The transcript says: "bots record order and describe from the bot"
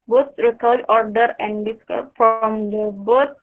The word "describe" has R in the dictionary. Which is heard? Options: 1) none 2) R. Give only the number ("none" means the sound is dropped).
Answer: 1